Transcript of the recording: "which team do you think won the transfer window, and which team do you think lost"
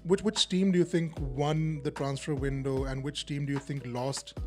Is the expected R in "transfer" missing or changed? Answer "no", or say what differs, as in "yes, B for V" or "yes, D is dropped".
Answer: no